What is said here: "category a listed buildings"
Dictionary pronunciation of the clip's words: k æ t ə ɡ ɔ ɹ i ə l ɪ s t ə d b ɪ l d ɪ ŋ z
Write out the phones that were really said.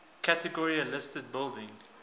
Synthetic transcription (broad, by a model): k æ t ə ɡ ɔ ɹ i ə l ɪ s t ə d b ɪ l d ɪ ŋ